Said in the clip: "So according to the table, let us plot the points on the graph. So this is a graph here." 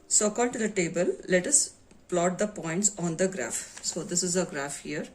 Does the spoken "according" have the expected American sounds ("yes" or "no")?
no